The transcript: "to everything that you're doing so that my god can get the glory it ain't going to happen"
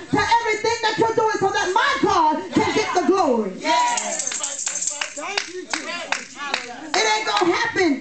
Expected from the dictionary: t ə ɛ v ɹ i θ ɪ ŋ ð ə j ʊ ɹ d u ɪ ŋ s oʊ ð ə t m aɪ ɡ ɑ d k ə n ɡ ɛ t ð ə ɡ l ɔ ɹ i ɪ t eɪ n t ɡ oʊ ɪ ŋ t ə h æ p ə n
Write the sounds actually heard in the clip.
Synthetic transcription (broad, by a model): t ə ɛ v ɹ i θ ɪ ŋ ð ə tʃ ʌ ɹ d u ɪ ŋ s oʊ ð ə t m aɪ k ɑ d k ə n ɡ ɛ t ð ə ɡ l ɔ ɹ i ɪ t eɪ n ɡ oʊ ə h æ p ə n